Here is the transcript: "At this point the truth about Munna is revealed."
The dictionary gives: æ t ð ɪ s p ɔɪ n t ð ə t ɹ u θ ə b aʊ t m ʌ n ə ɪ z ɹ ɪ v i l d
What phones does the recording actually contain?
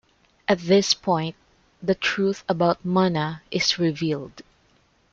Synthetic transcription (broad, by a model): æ t ð ɪ s p ɔɪ n t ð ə t ɹ u θ ə b aʊ t m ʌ n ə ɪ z ɹ ɪ v i l d